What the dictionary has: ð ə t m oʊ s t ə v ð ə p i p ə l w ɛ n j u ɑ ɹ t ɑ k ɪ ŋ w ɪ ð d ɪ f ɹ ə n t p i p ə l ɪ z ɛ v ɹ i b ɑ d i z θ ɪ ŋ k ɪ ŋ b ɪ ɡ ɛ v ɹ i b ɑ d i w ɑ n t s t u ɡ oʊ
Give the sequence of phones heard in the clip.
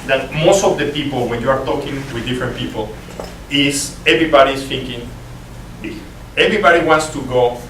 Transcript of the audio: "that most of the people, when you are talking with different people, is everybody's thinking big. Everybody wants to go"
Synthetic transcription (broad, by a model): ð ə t m oʊ s t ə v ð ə p i p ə l w ɛ n j u ɑ ɹ t ɑ k ɪ ŋ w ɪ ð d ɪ f ɹ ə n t p i p ə l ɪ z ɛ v ɹ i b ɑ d i s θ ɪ ŋ k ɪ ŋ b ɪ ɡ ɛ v ɹ i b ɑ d i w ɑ n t s t u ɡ oʊ